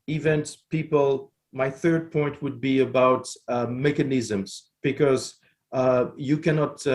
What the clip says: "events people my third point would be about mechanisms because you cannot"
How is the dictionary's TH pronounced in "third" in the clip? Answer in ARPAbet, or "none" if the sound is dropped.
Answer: TH